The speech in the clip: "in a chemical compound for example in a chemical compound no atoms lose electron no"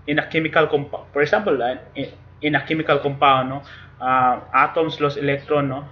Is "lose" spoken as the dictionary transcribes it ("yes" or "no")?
no